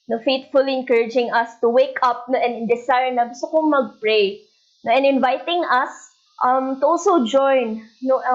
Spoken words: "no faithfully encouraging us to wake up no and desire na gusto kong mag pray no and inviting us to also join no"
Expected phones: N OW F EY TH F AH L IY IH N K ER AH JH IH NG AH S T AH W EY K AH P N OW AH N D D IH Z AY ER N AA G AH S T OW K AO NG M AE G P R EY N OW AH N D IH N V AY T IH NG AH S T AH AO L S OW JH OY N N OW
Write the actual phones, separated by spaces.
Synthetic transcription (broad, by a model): N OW F EY T F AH L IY IH N K ER AH JH IH NG AH S T AH W EY K AH P N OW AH N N D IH S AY N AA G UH S T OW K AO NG M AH G P R EY N OW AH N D IH N V AY T IH NG AH S T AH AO S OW JH OY N N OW